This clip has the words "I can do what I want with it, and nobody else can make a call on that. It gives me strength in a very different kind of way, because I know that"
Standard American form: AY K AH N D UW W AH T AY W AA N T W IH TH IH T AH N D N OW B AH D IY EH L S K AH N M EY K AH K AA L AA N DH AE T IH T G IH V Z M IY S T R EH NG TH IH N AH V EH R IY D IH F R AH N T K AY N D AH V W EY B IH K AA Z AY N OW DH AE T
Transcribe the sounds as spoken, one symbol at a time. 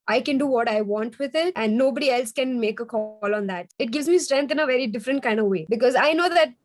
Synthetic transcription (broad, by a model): AY K AH N D UW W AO T AY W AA N T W IH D IH T AH N D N OW B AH D IY EH L S K AH N M EY K AH K AA L AA N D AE T IH T G IH V Z M IY S T R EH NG T IH N AH V EH R IY D IH F R AH N T K AY N D AH V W EY B IH K AA Z AY N OW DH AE T